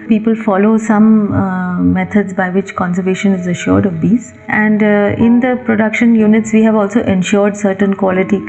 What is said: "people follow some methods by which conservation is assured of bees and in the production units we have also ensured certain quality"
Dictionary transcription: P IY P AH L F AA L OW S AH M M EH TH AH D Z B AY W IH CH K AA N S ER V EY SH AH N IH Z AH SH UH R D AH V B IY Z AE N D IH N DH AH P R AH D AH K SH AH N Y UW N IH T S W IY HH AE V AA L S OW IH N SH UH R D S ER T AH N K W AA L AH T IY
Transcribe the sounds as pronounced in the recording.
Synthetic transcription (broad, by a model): P IY P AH L F AA L OW S AH M M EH T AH D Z B AY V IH CH K AA N S ER V EY SH AH N IH Z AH SH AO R D AH V B IY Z AE N D IH N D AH P R AH D AH K SH AH N Y UW N IH T S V IY HH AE V AA L S OW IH N SH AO R D S ER T AH N K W AA L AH T IY